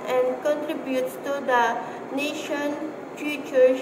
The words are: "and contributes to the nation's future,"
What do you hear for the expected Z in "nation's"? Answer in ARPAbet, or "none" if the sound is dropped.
none